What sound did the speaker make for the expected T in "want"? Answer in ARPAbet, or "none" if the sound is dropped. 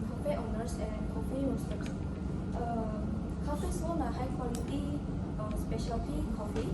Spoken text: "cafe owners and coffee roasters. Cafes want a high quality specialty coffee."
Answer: none